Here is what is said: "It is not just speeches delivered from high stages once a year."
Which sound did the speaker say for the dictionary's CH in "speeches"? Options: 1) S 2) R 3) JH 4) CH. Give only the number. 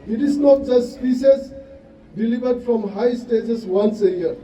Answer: 1